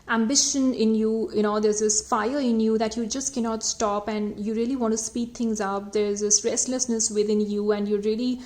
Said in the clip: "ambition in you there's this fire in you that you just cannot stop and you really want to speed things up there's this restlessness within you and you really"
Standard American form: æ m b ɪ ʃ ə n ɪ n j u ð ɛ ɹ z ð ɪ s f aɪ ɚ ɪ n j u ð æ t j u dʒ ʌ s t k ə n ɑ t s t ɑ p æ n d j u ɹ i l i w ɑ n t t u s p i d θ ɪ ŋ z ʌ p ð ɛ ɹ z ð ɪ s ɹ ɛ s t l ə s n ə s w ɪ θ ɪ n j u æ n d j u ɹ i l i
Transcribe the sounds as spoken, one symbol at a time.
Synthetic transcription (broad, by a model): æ m b ɪ ʃ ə n ɪ n j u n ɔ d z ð ɪ s f aɪ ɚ ɪ n j u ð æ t j u dʒ ʌ s t k ə n ɑ t s t ɑ p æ n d j u ɹ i l i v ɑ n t t u s p i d t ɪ ŋ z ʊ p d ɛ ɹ z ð ɪ s ɹ ɛ s t l ə s n ə s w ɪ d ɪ n j u æ n d j u ɹ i l i